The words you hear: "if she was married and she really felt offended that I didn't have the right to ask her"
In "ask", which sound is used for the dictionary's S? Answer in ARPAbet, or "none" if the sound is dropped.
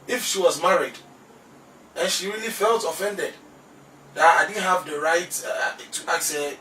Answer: none